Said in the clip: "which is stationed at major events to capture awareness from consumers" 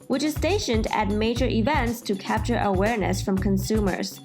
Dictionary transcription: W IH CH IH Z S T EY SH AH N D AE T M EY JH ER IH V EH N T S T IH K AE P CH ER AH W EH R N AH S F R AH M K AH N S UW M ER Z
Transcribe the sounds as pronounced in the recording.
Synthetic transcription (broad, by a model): W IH CH IH Z S T EY SH AH N D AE T M EY JH ER IH V EH N T S T IH K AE P CH ER AH W EH R N AH S F R AH M K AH N S UW M ER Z